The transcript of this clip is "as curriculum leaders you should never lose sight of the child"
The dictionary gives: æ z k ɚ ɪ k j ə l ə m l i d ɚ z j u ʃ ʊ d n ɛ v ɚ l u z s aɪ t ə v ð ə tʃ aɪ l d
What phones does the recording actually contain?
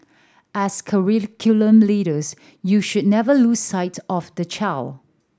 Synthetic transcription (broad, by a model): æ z k ɚ ɪ k j ə l ə m l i d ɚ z j u ʃ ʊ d n ɛ v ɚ l u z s aɪ t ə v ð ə tʃ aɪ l